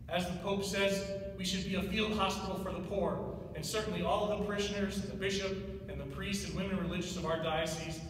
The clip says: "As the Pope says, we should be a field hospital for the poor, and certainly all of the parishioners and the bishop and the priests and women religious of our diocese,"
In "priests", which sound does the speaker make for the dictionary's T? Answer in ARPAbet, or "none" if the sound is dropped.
T